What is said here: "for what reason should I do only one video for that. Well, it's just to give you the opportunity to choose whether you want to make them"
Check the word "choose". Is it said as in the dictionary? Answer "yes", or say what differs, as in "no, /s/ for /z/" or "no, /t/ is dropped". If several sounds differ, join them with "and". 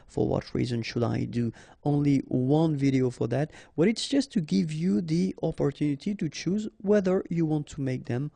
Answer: yes